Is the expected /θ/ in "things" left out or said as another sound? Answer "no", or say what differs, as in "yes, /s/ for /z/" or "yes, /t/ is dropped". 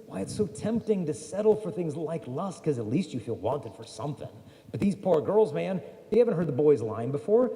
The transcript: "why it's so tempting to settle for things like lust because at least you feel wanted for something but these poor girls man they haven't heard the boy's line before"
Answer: no